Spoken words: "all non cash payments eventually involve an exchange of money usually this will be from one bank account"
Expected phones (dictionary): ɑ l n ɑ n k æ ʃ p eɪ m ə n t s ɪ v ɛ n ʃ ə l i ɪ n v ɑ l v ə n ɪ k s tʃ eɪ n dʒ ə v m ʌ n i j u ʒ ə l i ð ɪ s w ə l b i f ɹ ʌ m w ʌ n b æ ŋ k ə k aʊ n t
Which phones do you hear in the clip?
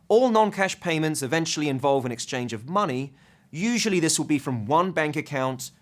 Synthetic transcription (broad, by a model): ɑ l n ɑ n k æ ʃ p eɪ m ə n t s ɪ v ɛ n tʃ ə l i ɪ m v ɑ l v ə n ɪ k s tʃ eɪ n dʒ ə v m ʌ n i j u ʒ ə l i ð ɪ s w ə l b i f ɹ ʌ m w ʌ n b æ ŋ k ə k aʊ n t